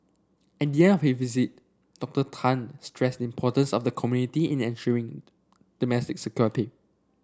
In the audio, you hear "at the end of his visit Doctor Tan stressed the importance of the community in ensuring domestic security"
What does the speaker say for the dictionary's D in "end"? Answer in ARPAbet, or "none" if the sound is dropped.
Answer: none